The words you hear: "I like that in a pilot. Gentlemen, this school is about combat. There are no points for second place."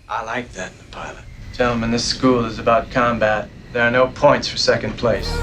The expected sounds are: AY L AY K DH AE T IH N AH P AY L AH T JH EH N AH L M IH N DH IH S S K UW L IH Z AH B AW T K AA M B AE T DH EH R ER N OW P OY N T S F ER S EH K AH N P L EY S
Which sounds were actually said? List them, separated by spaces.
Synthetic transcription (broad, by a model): AY L AY K DH AE T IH N AH P AY L AH T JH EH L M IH N DH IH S S K UW L IH Z AH B AW T K AA M B AE T DH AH R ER N OW P OY N T S F ER S EH K AH N P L EY S